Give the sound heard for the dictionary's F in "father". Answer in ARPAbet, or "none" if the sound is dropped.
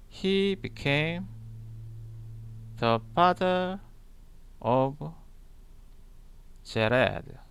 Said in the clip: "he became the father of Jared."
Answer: P